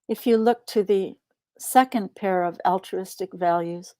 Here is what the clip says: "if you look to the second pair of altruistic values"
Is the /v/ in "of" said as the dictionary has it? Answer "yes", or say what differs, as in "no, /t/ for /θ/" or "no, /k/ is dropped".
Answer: yes